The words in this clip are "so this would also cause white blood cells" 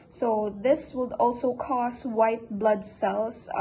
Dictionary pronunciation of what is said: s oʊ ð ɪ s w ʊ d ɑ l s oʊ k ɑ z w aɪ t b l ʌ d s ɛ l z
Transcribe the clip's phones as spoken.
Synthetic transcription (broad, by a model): s oʊ ð ɪ s w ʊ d ɑ l s oʊ k ɑ s w aɪ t b l ʌ d s ɛ l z